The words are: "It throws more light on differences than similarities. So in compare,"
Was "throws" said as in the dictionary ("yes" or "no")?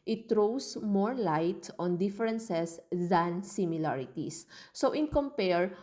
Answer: no